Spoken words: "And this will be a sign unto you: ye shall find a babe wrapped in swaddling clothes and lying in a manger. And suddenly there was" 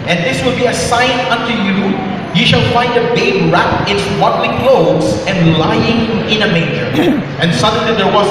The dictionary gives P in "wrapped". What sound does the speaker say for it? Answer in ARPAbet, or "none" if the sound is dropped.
none